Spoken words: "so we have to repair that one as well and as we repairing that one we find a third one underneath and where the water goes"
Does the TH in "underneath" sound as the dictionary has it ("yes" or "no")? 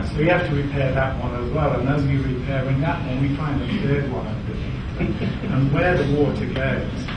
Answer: no